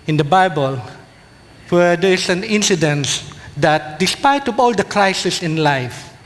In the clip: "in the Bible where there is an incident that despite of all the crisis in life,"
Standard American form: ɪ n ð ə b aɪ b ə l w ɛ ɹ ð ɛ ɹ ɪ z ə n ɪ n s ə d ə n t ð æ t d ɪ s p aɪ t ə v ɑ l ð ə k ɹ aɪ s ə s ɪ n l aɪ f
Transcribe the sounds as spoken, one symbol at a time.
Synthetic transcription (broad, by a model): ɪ n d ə b aɪ b ə l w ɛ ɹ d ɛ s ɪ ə n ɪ n s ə d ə n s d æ t d ɪ s p aɪ t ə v ɑ l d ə k l aɪ s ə s ɪ n l aɪ f